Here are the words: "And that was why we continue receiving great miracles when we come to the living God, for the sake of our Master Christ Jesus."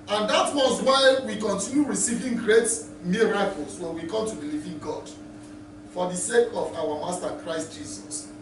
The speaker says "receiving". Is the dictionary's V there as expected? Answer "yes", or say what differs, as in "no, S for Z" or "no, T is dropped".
yes